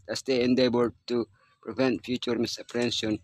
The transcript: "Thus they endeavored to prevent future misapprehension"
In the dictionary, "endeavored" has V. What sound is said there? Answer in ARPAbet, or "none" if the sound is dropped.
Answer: B